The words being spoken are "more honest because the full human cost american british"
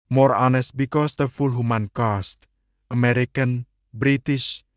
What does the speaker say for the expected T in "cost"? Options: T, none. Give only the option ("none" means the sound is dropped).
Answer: T